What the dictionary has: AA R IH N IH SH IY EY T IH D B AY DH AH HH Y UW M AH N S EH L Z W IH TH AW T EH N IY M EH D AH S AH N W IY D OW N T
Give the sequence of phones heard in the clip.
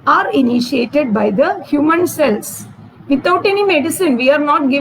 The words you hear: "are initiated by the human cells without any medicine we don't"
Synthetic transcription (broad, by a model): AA R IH N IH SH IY EY T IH D B AY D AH HH Y UW M AH N S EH L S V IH T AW T EH N IY M EH D AH S AH N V IY D N T